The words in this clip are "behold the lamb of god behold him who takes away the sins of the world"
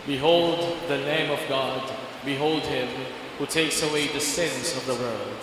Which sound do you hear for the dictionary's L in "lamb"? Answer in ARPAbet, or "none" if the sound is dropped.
N